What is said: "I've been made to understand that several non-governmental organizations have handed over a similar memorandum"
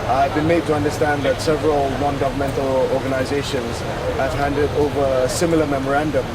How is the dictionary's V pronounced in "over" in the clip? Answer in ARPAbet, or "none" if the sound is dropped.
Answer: V